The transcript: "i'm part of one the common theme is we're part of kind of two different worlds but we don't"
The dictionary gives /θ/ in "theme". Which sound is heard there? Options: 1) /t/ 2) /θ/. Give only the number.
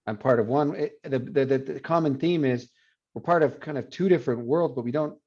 2